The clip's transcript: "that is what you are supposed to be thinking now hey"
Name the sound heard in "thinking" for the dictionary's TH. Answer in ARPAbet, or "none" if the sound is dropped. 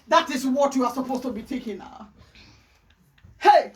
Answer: T